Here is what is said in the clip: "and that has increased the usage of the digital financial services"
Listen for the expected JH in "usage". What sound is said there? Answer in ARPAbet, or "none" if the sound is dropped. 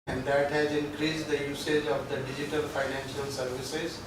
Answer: JH